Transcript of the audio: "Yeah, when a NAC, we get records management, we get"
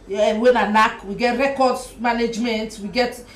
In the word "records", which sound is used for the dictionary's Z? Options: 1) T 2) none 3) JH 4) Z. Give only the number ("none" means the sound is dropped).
2